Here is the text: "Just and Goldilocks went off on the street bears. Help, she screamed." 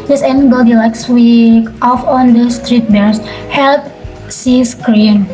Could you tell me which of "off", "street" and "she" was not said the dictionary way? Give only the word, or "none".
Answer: she